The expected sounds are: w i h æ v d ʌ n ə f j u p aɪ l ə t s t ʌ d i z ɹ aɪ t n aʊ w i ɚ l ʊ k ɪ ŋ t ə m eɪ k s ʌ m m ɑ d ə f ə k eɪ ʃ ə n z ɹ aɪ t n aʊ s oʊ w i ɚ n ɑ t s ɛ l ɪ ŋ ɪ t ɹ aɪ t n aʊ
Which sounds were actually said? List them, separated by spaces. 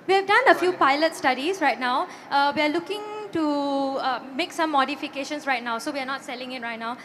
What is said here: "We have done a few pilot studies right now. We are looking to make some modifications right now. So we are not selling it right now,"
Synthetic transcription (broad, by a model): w i h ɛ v d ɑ n ə f j u p aɪ l ə t s t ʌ d i s ɹ aɪ t n aʊ w i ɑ l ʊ k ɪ ŋ t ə m eɪ k s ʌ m m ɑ d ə f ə k eɪ ʃ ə n s ɹ aɪ t n aʊ s oʊ w i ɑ n ɑ t s ɛ l ɪ ŋ ɪ t ɹ aɪ t n aʊ